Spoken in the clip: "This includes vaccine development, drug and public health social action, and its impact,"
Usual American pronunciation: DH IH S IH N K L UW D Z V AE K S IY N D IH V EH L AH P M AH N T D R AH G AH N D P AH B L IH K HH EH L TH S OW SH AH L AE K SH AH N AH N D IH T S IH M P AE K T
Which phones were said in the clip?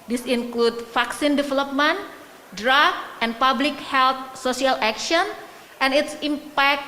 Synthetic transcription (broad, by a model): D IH S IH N K L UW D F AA K S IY N D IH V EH L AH P M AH N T D R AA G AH N P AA B L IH K HH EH L T S OW S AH L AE K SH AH N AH N IH T S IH M P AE K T